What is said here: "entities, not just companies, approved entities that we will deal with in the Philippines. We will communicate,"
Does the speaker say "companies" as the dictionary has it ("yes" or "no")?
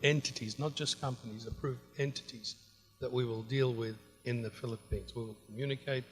yes